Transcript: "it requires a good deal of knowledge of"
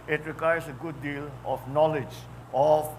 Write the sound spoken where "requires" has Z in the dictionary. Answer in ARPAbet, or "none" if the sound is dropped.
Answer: S